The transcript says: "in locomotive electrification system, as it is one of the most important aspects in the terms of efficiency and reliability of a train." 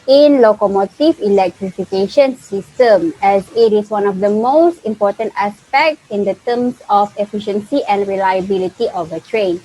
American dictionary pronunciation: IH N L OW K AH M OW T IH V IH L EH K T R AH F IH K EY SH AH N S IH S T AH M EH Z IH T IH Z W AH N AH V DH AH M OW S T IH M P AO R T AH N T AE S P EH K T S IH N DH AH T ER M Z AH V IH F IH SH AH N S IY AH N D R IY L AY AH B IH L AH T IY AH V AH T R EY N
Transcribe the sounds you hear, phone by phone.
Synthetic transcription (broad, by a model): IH N L OW K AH M OW T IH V IH L EH K T R AH F IH K EY SH AH N S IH S T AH M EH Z IH T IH S W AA N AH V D AH M OW S T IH M P AO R T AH N T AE S P EH K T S IH N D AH T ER M S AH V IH F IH SH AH N S IY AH N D R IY L AY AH B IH L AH T IY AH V AH T R EY N